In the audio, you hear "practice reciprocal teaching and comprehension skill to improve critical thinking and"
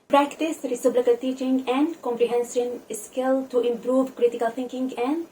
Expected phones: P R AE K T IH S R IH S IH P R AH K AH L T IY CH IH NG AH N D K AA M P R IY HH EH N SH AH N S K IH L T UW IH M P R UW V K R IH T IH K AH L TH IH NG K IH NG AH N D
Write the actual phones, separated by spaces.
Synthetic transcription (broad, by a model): P R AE K T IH S R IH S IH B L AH K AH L T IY CH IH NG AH N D K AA M P R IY HH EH N S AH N S K IH L T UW IH M P R UW V K R IH T IH K AH L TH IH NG K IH NG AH N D